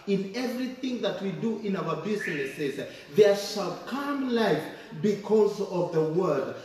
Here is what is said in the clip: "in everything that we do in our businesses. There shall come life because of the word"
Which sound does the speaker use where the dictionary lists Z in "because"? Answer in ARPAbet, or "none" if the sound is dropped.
Z